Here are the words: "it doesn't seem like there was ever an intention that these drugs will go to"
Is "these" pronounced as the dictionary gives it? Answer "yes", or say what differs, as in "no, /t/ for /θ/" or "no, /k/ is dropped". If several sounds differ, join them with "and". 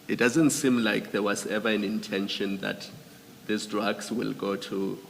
no, /s/ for /z/